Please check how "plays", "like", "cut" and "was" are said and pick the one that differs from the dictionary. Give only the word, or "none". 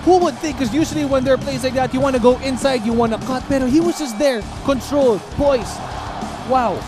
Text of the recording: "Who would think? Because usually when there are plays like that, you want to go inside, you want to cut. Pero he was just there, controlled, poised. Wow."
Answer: plays